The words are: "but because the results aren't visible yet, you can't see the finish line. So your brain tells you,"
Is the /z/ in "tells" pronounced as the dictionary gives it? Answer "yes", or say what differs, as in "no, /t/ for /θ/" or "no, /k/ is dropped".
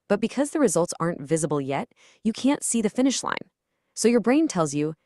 yes